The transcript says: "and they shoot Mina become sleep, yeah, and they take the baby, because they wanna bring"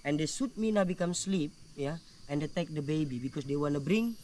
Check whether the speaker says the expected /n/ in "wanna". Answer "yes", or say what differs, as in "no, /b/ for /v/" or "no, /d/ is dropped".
yes